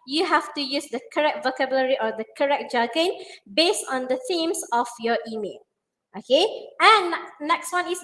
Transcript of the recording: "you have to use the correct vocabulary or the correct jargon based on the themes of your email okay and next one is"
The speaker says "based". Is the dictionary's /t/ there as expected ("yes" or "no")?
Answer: yes